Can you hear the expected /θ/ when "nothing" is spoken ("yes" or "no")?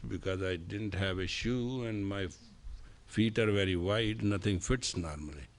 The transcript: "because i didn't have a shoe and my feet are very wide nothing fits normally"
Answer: no